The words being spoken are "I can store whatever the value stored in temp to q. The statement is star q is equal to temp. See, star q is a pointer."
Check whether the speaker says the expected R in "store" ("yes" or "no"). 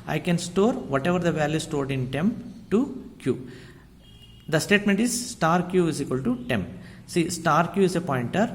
yes